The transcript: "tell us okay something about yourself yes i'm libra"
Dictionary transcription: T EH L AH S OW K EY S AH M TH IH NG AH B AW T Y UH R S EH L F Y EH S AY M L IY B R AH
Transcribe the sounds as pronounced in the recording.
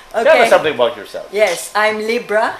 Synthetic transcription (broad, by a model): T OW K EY S AH M TH IH NG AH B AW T Y UH R S EH L F Y EH S AY M L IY B R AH